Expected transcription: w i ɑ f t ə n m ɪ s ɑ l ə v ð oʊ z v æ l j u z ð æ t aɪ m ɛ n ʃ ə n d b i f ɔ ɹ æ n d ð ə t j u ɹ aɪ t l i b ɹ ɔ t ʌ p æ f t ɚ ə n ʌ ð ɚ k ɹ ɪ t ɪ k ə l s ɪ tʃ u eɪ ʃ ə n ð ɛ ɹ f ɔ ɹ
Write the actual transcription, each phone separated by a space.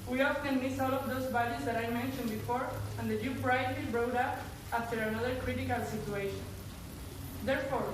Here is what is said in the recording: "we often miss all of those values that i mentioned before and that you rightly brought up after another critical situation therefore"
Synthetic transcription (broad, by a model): w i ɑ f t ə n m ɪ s ɑ l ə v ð oʊ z b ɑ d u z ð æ t aɪ m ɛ n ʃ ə n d b i f ɔ ɹ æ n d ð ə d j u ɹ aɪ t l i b ɹ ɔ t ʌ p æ f t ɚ ə n ʌ ð ɚ k ɹ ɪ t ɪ k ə l s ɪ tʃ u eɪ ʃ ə n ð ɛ ɹ f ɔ ɹ